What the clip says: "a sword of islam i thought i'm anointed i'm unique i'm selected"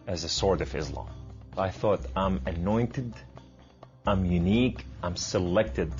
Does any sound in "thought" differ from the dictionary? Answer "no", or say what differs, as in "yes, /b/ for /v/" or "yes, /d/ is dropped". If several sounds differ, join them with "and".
no